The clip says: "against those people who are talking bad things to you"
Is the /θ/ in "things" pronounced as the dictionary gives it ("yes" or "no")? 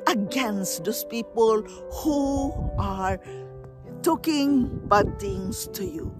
no